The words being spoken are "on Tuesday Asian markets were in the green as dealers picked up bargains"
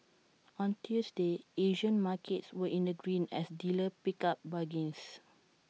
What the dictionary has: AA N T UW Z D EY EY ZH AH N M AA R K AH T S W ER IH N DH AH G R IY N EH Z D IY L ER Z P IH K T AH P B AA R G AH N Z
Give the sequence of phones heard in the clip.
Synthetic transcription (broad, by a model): AA N T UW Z D EY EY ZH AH N M AA K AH T S W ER IH N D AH G R IY N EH S D IY L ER P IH K AA P B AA G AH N S